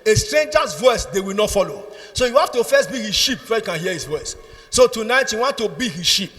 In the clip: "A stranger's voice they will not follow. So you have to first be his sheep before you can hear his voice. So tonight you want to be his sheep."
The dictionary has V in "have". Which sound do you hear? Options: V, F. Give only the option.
F